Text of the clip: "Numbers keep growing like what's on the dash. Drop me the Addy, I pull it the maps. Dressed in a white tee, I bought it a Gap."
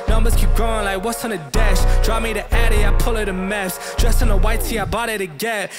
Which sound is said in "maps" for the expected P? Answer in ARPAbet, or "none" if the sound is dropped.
F